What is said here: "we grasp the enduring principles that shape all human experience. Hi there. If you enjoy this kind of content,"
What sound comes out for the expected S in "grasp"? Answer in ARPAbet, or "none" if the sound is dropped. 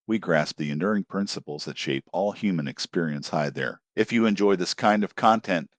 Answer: S